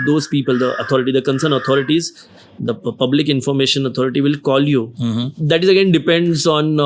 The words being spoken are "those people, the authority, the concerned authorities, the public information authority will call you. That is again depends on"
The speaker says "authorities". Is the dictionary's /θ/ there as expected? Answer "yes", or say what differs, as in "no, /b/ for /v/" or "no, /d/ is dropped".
no, /t/ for /θ/